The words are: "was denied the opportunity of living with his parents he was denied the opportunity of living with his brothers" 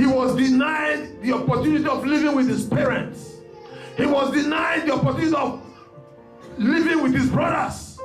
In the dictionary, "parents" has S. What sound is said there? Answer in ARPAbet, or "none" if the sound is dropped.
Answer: S